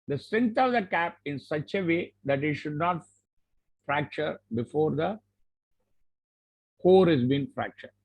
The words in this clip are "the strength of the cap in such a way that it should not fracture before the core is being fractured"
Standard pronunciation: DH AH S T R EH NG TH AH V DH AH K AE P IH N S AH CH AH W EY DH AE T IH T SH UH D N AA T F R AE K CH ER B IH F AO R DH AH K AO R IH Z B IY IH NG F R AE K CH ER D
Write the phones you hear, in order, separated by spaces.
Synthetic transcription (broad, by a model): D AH S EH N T AH V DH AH K AE P IH N S AH CH AH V EY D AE T IH T SH UH D N AA T F R AE K CH ER B IH F AO R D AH K AO R IH Z B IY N F R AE K CH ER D